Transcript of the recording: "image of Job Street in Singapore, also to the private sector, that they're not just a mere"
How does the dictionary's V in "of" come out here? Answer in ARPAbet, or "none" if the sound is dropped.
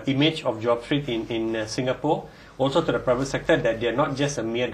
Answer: F